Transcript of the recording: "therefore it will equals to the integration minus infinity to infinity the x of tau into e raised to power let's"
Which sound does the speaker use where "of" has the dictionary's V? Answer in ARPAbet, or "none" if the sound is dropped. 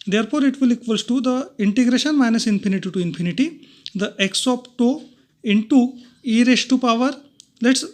P